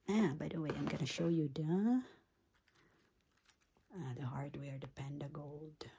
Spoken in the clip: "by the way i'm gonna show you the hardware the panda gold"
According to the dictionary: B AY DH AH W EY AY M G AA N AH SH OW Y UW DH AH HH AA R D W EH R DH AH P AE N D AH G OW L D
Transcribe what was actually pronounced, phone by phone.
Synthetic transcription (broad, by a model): B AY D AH W EY AY M G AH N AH SH OW Y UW DH AH HH AA R D W EH R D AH P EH N D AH G OW L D